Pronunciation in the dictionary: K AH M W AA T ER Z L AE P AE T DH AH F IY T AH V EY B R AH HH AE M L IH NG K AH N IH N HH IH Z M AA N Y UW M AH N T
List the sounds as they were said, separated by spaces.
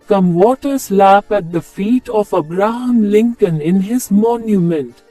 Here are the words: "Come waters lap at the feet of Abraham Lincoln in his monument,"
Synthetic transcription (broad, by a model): K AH M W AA T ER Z L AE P AE T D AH F IY T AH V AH B R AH HH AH M L IH NG K AH N IH N HH IH Z M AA N Y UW M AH N T